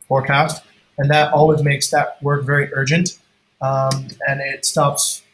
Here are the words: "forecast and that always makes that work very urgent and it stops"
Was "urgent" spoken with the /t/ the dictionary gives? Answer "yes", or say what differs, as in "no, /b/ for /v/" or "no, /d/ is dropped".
yes